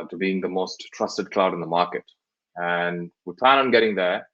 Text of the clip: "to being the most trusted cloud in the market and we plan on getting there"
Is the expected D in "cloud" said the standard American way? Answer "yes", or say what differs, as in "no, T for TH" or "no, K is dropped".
yes